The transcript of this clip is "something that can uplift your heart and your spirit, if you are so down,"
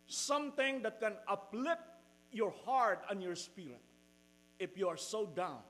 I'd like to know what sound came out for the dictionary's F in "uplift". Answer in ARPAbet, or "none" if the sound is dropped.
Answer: none